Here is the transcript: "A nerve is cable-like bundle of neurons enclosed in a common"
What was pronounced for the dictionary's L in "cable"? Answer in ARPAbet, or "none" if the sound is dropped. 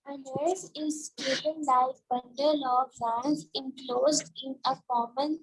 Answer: N